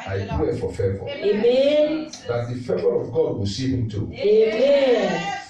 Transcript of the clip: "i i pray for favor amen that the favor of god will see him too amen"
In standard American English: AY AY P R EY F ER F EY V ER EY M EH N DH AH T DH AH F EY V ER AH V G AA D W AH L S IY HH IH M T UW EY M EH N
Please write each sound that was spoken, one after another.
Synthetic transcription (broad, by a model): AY AY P W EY F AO F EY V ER EY M EH N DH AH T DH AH F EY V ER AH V G AA D W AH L S IY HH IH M T UW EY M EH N